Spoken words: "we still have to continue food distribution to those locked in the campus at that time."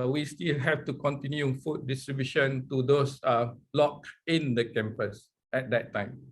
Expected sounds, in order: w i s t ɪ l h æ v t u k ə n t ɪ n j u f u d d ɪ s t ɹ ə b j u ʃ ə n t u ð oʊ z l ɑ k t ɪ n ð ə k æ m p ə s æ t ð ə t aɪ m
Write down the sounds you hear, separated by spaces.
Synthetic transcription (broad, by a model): w i s t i l h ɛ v t u k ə n t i n j u f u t d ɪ s t ɹ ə b j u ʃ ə n t u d oʊ s l ɑ k ɪ n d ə k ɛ m p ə s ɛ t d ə t aɪ m